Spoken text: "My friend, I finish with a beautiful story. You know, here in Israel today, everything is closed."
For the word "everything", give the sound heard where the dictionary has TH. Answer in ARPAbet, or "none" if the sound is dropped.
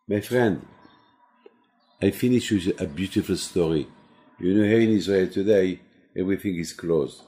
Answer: TH